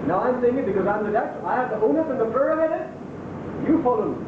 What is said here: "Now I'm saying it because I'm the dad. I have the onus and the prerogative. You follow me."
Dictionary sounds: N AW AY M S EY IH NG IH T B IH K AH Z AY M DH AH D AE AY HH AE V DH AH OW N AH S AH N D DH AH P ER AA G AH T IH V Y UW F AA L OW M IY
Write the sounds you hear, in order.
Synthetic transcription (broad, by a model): N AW AY M S EY IH NG IH T B IH K AH Z AY M DH AH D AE AY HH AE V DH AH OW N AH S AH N DH AH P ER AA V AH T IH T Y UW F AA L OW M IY